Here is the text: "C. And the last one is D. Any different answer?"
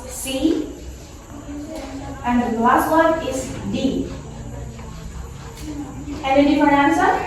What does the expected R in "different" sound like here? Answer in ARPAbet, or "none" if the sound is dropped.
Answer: none